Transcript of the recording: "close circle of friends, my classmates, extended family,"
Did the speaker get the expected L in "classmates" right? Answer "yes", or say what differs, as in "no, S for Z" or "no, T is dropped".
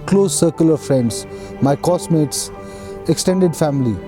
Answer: no, L is dropped